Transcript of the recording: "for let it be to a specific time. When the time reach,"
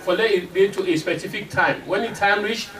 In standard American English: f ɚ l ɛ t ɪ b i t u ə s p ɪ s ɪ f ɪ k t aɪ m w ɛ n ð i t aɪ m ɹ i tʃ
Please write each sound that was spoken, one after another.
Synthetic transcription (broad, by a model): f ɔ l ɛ ɪ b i t u ə s p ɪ s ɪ f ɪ k t aɪ m w ɛ n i t aɪ m ɹ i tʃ